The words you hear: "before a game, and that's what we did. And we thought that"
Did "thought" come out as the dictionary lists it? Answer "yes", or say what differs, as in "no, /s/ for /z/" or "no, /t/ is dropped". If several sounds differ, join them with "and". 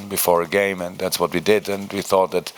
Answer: yes